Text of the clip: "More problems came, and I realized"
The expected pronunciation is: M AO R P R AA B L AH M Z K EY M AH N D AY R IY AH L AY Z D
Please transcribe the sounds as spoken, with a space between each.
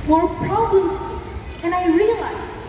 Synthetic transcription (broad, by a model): M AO R P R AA B L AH M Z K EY AH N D AY R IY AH L AY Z